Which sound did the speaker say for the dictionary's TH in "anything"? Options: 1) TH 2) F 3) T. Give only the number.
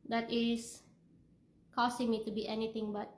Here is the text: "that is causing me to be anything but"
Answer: 3